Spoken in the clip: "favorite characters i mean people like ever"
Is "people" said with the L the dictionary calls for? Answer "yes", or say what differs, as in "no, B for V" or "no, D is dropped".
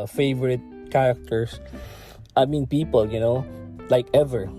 no, N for L